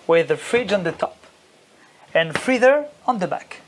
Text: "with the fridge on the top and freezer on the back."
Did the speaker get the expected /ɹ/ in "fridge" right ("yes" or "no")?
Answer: yes